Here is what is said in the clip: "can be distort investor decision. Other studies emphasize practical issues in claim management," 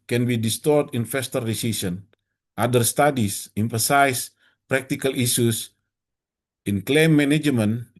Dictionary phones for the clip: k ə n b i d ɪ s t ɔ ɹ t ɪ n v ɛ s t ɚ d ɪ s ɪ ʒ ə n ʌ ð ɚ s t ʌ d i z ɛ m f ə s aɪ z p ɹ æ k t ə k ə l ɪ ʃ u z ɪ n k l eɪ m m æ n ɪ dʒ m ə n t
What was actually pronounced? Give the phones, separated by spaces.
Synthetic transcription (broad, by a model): k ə n b i d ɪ s t ɔ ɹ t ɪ n f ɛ s t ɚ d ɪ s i s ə n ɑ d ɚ s t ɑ d i s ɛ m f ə s aɪ s p ɹ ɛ k t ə k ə l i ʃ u s ɪ n k l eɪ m m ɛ n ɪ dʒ m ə n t